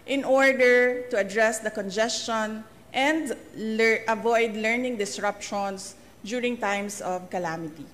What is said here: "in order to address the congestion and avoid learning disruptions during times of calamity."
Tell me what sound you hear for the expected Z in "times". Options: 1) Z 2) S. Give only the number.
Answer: 2